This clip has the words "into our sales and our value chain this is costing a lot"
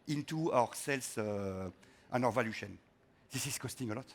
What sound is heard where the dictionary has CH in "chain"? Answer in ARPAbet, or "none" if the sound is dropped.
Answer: SH